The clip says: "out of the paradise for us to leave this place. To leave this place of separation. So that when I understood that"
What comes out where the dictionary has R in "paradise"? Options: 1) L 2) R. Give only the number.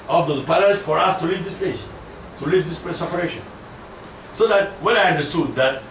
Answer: 1